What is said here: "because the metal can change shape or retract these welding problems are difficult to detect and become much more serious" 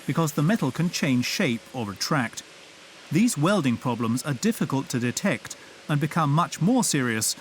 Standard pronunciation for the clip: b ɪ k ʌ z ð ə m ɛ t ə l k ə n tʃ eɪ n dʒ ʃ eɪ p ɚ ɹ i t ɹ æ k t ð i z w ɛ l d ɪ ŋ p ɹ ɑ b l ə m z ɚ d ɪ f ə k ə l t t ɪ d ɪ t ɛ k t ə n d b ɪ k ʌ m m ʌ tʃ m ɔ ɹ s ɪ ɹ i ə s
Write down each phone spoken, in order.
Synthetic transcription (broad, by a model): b ɪ k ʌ z ð ə m ɛ t l k ə n tʃ eɪ n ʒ ʃ eɪ p ɚ ɹ i t ɹ æ k t ð i z w ɛ l d ɪ ŋ p ɹ ɑ b l ə m z ɚ d ɪ f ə k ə l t t ɪ d ɪ t ɛ k t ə n b ɪ k ʌ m m ʌ tʃ m ɔ ɹ s ɪ ɹ i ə s